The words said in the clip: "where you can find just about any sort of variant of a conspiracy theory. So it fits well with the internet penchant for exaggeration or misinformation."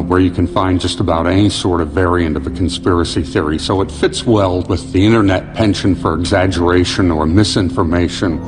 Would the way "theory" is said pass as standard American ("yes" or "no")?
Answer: yes